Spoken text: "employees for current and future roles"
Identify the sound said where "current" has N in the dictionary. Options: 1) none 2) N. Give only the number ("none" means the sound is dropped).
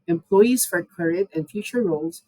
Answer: 1